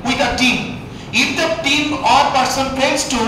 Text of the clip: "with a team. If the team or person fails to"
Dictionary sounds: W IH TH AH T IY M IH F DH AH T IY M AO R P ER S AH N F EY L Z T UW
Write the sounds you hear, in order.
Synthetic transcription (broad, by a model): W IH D AH T IY M IH F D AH T IY M AO R P ER S AH N P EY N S T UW